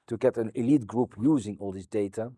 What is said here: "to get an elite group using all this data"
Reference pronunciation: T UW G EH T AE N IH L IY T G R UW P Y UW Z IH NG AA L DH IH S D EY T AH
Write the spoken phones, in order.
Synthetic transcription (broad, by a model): T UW G EH T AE N IH L IY T G R UW P Y UW Z IH NG AA L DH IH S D EY T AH